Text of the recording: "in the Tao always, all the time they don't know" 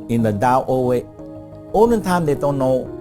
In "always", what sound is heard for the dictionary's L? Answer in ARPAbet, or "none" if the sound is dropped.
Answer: none